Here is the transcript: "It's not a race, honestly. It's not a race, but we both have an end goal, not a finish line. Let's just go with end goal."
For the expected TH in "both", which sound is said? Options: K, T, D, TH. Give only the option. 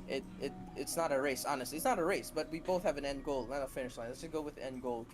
TH